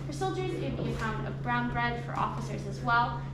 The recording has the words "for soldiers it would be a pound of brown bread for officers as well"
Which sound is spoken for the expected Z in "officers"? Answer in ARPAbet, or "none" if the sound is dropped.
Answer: Z